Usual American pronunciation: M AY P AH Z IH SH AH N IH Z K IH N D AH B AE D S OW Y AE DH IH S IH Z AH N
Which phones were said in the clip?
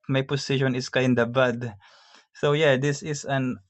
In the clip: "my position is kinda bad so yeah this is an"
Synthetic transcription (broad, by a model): M AY P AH S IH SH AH N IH S K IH N D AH B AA D S OW Y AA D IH S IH S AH N